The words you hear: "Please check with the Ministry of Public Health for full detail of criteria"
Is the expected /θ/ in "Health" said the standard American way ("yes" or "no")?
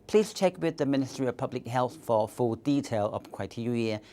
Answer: yes